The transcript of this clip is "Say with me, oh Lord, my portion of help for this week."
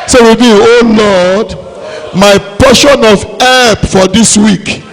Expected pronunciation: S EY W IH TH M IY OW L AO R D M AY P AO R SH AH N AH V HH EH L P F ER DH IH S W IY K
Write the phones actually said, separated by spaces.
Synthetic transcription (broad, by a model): S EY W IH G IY OW L AO D M AY P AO SH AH N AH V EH P F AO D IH S W IY K